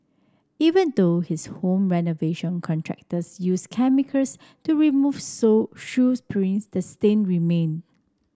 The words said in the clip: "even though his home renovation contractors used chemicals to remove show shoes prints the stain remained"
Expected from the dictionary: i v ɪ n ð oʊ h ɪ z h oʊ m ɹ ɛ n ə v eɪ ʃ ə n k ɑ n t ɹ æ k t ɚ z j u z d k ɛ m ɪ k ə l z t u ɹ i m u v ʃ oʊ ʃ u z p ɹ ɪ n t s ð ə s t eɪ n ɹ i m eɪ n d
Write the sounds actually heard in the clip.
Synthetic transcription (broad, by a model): i v ɪ n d oʊ h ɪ s h oʊ m ɹ ɛ n ə v eɪ ʃ ə n k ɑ n t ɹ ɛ k t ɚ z j u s k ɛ m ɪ k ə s t u ɹ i m u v s oʊ ʃ u s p ɹ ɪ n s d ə s t eɪ n ɹ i m eɪ n